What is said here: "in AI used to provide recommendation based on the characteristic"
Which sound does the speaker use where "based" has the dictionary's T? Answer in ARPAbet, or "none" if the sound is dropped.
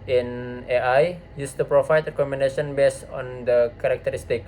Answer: none